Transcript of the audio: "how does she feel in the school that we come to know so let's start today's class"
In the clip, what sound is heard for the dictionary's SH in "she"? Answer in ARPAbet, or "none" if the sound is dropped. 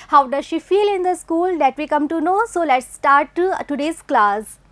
SH